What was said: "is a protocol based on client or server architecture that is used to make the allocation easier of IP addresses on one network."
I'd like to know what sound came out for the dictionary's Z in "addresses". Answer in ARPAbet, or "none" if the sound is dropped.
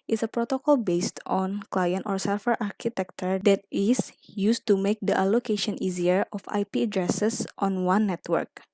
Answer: S